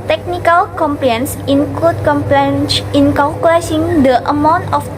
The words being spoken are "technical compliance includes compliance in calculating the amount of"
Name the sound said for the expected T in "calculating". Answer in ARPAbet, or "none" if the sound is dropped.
S